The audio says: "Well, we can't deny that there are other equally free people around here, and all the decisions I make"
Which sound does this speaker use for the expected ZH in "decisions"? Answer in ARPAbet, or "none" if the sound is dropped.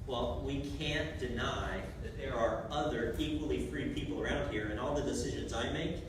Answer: ZH